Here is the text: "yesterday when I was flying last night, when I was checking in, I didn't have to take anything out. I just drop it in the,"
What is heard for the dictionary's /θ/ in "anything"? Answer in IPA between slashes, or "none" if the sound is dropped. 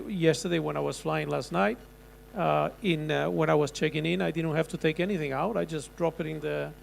/θ/